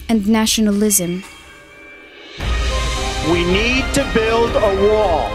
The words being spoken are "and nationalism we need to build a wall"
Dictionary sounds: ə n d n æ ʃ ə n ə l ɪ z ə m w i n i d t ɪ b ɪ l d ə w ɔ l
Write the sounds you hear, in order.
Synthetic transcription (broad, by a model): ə n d n æ ʃ ə n ə l ɪ z ə m w i n i d t ɪ b ɪ l d ə w ɔ